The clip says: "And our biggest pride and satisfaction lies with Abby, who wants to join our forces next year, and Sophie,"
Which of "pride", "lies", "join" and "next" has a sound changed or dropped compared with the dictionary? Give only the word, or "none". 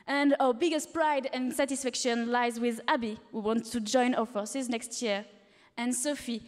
none